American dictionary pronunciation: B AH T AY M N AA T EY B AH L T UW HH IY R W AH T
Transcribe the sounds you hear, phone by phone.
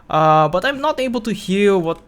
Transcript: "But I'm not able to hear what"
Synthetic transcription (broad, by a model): B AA T AY M N AA T EY B AH L T UW HH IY L W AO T